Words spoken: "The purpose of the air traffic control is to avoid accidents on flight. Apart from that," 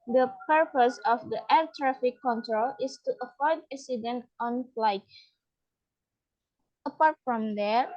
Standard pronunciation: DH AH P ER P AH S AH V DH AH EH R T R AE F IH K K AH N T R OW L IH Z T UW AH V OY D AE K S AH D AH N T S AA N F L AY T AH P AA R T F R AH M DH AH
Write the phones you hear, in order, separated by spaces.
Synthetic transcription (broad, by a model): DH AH P ER P AH S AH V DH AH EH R T R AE F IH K K AH N T R OW L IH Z T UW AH F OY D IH S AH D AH N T AA N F L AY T AH P AA R T F R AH M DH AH